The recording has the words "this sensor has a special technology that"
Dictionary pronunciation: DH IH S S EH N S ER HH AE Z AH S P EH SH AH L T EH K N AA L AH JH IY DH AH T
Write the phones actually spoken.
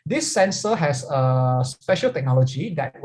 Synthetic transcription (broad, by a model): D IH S S EH N S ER HH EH S AH S P EH SH AH L T EH K N AA L AH JH IY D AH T